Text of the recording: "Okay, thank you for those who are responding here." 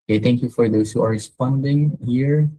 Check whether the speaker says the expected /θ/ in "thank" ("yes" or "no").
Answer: no